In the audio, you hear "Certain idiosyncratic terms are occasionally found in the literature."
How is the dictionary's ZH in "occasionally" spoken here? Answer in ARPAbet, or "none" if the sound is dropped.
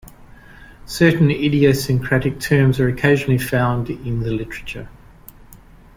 ZH